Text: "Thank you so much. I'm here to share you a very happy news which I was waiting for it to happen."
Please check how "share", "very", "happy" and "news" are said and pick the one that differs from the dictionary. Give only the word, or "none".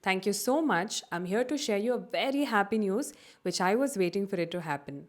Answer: none